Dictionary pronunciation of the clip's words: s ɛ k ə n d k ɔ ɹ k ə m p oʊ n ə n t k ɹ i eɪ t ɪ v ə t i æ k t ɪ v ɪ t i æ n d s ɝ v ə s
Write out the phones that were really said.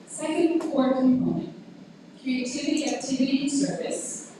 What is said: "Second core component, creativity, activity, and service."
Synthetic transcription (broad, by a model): s ɛ k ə n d k ɔ ɹ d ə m oʊ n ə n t k ɹ i eɪ t ɪ v ə t i æ k t ɪ v ɪ t i s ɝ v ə s